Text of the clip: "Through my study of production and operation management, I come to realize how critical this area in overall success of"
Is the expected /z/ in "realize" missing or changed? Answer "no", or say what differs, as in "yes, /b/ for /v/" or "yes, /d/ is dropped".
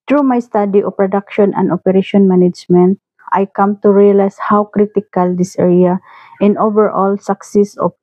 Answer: yes, /s/ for /z/